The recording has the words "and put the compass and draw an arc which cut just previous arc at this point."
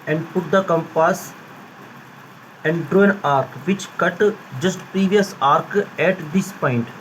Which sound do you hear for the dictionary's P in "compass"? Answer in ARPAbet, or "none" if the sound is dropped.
P